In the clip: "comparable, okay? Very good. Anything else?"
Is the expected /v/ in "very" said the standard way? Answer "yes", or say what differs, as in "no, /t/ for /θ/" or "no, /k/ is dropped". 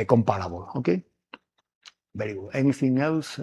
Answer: no, /b/ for /v/